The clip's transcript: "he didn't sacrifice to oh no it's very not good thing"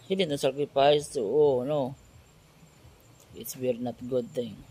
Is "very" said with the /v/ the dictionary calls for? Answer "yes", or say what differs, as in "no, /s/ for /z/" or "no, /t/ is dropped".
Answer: no, /w/ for /v/